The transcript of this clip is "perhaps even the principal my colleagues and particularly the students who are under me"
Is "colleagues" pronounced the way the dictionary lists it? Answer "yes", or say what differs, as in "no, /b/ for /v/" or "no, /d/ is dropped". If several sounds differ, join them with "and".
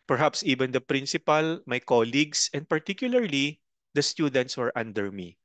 no, /s/ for /z/